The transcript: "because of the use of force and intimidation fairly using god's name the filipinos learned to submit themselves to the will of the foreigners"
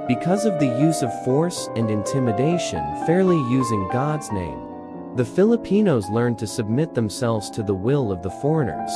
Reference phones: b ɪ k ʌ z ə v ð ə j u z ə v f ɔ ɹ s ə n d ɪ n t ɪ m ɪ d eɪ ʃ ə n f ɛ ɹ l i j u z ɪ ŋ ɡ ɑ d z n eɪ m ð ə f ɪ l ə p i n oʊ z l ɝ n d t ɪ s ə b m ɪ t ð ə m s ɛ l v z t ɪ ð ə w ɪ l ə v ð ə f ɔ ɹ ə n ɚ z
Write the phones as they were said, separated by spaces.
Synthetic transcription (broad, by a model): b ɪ k ʌ z ə v ð ə j u z ə v f ɔ ɹ s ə n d ɪ n t ɪ m ɪ d eɪ ʃ ə n f ɛ ɹ l i j u z ɪ ŋ ɡ ɑ d z n eɪ m ð ə f ɪ l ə p i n oʊ z l ɝ n t ɪ s ə b m ɪ t ð ə m s ɛ l v z t ɪ ð ə w ɪ l ə v ð ə f ɔ ɹ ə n ɚ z